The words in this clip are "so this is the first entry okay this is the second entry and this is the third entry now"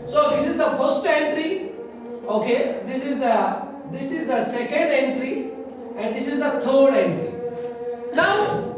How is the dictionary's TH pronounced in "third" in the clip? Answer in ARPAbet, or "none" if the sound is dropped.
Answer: T